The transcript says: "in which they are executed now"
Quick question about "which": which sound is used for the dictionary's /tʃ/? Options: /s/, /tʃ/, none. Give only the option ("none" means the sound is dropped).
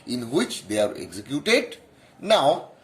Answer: /tʃ/